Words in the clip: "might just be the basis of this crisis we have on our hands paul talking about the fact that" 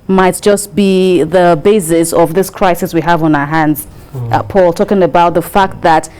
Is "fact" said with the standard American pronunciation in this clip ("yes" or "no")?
yes